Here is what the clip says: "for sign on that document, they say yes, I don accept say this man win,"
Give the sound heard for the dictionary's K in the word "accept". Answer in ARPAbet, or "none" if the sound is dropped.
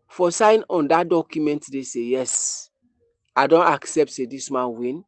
K